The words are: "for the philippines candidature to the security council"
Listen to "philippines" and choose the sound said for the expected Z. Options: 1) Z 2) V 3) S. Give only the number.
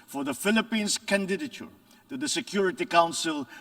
3